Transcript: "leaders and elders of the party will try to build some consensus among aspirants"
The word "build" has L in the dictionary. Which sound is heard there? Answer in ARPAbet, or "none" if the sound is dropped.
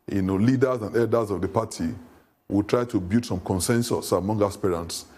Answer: none